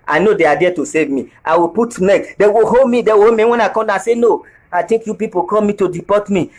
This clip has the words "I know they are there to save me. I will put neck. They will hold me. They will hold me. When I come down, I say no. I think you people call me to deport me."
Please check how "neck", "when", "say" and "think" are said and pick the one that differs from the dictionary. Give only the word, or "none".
think